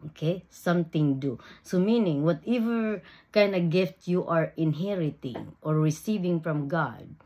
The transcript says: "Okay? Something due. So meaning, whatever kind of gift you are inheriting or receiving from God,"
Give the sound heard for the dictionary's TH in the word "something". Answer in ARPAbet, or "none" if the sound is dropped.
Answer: T